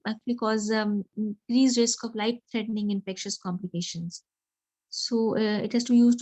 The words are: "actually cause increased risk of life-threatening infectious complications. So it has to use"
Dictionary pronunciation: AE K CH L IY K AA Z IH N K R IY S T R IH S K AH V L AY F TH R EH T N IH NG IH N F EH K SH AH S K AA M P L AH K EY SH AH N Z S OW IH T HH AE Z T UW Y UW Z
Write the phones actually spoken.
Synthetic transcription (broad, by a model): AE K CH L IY K AA Z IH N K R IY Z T R IH S K AH V L AY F T R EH T N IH NG IH N F EH K SH AH S K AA M P L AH K EY SH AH N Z S OW IH T HH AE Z T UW Y UW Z